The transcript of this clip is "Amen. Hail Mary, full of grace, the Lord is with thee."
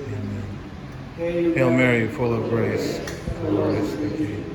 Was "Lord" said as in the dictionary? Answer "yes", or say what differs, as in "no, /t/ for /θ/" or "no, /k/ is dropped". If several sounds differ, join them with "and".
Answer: no, /d/ is dropped